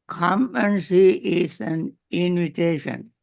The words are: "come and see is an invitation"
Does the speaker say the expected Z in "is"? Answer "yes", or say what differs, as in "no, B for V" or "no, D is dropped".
no, S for Z